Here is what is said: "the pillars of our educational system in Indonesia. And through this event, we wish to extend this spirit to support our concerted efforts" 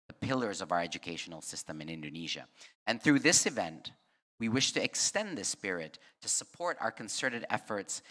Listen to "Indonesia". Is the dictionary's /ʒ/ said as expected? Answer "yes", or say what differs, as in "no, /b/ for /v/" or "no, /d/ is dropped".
yes